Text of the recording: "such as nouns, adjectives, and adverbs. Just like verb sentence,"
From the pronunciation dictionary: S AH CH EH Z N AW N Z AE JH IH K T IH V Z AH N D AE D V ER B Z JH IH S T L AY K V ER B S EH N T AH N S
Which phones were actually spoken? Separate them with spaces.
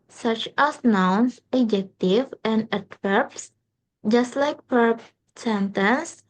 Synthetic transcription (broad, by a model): S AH CH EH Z N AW N S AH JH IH K T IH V AH N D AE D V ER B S JH IH S T L AY K P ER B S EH N T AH N S